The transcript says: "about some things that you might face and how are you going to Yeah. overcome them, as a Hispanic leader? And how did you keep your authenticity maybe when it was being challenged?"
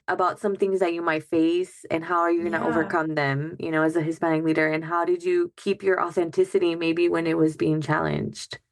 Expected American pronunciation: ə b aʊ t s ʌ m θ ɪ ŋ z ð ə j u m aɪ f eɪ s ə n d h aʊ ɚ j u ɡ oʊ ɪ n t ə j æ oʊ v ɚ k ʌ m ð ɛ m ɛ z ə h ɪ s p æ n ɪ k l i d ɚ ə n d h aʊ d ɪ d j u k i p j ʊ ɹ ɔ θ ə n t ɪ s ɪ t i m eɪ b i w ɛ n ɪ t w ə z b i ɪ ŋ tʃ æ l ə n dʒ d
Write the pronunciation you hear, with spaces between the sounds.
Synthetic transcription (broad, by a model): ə b aʊ t s ʌ m θ ɪ ŋ z ð ə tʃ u m aɪ f eɪ s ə n h aʊ ɚ j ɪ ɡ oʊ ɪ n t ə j oʊ v ɚ k ʌ m ð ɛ m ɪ z ə h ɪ s p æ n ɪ k l i d ɚ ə n h aʊ d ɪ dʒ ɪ k i p j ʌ ɹ ɔ θ ə n t ɪ s ɪ t i m eɪ b i w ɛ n ɪ t w ə z b i ɪ ŋ tʃ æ l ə n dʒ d